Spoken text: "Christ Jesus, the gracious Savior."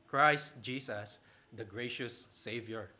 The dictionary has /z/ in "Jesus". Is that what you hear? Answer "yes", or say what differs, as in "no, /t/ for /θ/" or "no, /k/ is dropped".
no, /s/ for /z/